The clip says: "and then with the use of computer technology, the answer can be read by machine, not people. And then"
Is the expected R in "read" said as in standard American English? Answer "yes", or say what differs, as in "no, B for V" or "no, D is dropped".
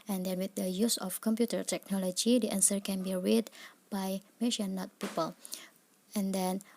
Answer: yes